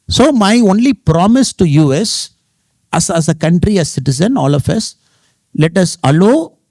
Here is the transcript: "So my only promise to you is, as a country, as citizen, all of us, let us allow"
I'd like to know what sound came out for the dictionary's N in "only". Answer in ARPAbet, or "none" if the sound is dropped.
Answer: N